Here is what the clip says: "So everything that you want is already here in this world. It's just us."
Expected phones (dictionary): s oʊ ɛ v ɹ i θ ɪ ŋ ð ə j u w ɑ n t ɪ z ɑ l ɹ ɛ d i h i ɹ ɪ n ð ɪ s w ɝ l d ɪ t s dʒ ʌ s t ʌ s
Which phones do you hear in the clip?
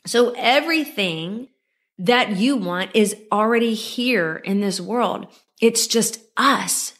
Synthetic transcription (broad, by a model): s oʊ ɛ v ɹ i θ ɪ ŋ ð ə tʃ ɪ w ɑ n t ɪ z l ɹ ɛ d i h i ɹ ɪ n ð ɪ s w ɝ l d ɪ t s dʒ ʌ s t ʌ s